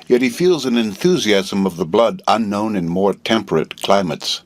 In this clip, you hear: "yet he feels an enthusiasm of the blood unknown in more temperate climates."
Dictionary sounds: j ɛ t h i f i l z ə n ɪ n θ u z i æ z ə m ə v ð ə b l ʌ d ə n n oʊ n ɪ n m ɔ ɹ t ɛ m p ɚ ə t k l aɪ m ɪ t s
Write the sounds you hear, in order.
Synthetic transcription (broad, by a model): j ɛ t h i f i l z ə n ɪ n θ u z i æ z ə m ə v ð ə b l ʌ d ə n n oʊ n ɪ n m ɔ ɹ t ɛ m p ɚ ə t k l aɪ m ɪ t s